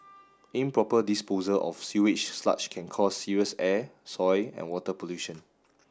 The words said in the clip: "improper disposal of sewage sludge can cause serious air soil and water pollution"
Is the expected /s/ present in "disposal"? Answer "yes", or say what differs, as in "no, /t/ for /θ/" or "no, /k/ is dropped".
yes